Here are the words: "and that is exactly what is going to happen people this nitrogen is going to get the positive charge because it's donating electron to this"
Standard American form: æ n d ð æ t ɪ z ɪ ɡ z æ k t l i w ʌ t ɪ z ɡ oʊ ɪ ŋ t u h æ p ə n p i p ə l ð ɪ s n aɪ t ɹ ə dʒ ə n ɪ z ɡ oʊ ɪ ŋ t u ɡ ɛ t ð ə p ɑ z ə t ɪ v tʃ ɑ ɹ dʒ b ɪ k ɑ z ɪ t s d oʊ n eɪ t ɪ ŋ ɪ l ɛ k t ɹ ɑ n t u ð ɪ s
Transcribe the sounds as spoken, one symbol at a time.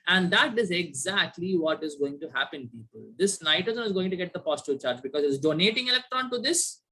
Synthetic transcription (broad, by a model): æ n d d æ t ɪ z ɪ ɡ z æ k t l i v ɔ t ɪ z ɡ oʊ ɪ ŋ t u h æ p ə n p i p ə l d ɪ s n aɪ t ə z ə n ɪ z ɡ oʊ ɪ ŋ t u ɡ ɛ t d ə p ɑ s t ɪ tʃ ɑ ɹ dʒ b ɪ k ɑ z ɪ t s d oʊ n eɪ t ɪ ŋ ɪ l ɛ k t ɹ ɑ n t u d ɪ s